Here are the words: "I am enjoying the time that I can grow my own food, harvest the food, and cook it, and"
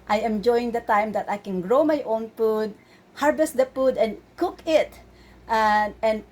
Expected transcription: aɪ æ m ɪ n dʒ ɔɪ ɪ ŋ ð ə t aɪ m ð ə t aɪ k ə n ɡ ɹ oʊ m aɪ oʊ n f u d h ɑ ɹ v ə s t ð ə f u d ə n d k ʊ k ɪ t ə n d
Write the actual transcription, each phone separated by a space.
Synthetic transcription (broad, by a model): aɪ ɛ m dʒ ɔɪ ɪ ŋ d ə t aɪ m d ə t aɪ k ə n ɡ ɹ oʊ m aɪ oʊ n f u d h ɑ ɹ b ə s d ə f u d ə n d k ʊ k ɪ t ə n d